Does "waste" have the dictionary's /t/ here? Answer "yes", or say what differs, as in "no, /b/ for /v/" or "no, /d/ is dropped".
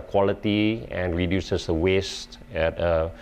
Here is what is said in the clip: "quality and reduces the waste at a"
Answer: yes